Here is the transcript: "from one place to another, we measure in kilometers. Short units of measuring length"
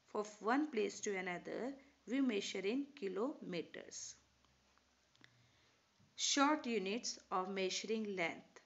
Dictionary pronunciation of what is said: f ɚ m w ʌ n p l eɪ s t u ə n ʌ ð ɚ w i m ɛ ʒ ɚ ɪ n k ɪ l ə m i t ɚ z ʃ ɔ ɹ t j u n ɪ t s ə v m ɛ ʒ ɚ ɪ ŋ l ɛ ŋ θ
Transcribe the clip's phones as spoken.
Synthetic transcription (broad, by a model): f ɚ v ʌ n p l eɪ s t u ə n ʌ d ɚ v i m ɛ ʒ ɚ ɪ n k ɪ l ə m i t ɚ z ʃ ɔ ɹ t j u n ɪ t s ə v m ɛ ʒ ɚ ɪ ŋ l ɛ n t